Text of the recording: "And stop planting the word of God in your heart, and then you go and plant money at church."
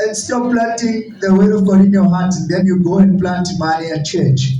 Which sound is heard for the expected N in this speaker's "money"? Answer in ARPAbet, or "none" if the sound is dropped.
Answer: none